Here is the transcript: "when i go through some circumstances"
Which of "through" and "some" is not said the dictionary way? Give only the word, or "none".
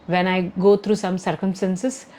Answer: through